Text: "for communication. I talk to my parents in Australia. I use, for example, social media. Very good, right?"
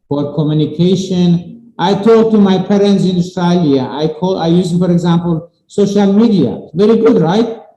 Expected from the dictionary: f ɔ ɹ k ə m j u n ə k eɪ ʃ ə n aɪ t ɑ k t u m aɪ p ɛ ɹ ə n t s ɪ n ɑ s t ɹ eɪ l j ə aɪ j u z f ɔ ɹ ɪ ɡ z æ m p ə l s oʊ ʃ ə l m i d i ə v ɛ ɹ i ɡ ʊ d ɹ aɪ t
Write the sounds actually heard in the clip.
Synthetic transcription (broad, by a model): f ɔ ɹ k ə m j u n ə k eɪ ʃ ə n aɪ t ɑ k t u m aɪ p ɛ ɹ ə n t s ɪ n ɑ s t ɹ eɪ l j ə aɪ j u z f ɔ ɹ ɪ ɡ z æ m p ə l s oʊ ʃ ə l m i d i ə v ɛ ɹ i ɡ ʊ d ɹ aɪ t